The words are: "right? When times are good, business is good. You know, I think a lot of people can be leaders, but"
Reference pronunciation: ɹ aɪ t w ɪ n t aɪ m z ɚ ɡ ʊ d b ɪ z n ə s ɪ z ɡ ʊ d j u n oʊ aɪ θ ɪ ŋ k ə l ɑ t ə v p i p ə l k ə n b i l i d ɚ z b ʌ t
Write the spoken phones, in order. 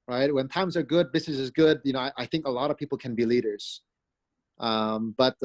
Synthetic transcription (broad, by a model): ɹ aɪ t w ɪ n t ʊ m z ɚ ɡ ʊ d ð ɪ s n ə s ɪ z ɡ ʊ d j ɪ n oʊ aɪ θ ɪ ŋ k ə l ɑ t ə v p i p l k ə n b i l i d ɚ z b ʌ t